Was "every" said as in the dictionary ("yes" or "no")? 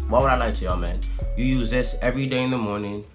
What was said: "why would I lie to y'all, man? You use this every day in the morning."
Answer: yes